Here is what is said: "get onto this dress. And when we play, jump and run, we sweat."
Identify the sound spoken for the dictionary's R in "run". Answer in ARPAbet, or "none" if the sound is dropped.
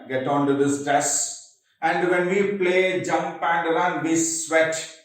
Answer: L